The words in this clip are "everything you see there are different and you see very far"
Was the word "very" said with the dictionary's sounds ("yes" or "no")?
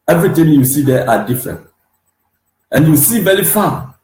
no